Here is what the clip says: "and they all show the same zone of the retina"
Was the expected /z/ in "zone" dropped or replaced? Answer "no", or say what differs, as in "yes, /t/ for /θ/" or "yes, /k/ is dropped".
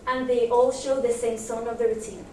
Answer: yes, /s/ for /z/